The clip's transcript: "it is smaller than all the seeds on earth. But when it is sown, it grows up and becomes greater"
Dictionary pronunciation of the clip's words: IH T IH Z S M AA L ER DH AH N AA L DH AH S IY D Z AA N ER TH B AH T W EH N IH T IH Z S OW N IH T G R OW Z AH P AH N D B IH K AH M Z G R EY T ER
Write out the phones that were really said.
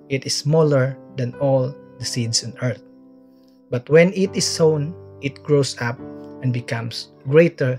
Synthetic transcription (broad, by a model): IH T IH S M AA L ER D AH N AA L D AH S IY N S AA N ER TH B AH T W EH N IH T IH S OW N IH T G R OW S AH P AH N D B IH K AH M S G R EY T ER